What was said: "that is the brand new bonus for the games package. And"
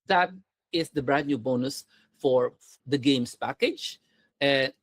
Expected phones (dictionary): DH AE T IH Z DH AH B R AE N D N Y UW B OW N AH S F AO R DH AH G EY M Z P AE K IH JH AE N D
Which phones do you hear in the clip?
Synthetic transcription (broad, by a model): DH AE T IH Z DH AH B R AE D N Y UW B OW N AH S F AO R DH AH G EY M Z P AE K IH JH